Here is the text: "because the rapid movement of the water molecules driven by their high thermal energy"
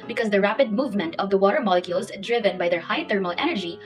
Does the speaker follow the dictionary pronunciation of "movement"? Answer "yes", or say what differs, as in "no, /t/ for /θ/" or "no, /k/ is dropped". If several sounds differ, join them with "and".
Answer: yes